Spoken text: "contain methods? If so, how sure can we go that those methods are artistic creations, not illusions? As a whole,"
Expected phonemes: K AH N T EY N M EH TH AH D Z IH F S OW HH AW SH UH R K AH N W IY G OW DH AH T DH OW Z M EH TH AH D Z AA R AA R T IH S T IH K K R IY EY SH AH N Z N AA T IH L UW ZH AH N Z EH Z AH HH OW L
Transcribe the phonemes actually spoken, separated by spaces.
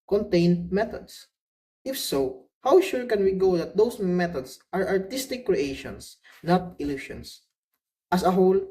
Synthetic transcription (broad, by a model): K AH N T EY N M EH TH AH D S IH F S OW HH AW SH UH R K AH N W IY G OW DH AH T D OW S M EH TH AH D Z AA R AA R T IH S T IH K K R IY EY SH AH N S N AA T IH L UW SH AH N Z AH S AH HH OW L